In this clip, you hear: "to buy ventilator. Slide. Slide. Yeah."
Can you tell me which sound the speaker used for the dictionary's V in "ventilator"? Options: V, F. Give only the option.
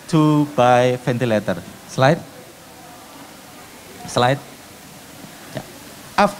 F